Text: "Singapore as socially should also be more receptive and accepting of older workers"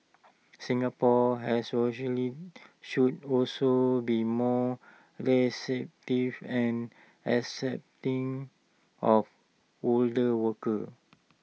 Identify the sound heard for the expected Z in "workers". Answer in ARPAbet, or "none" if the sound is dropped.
none